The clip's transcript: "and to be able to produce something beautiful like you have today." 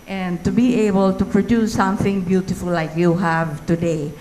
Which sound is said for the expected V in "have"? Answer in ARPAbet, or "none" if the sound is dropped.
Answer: V